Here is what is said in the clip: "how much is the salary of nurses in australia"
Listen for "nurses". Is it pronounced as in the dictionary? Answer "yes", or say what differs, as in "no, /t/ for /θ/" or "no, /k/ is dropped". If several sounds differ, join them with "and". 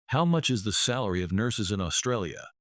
yes